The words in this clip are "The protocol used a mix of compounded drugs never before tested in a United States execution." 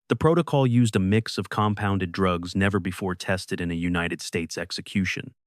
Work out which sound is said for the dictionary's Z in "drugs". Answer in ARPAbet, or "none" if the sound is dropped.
Z